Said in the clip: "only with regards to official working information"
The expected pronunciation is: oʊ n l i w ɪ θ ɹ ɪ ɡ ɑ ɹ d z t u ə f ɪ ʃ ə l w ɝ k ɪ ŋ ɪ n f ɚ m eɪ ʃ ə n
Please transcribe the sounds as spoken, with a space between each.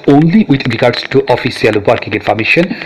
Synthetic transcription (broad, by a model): oʊ n l i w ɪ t ɹ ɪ ɡ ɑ ɹ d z t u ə f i s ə l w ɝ k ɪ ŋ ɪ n f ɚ m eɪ ʃ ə n